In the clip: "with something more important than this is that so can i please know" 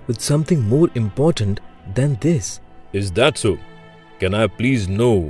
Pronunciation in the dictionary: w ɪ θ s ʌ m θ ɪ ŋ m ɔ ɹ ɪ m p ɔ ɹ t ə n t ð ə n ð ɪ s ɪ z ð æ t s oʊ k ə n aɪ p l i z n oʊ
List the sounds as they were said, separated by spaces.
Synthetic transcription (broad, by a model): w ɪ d s ʌ m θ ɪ ŋ m ɔ ɹ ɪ m p ɔ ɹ t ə n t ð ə n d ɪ s ɪ z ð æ t s oʊ k ə n aɪ p l i z n oʊ